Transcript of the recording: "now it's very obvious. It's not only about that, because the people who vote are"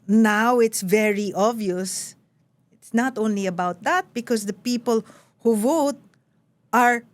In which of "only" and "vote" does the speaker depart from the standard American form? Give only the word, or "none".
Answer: none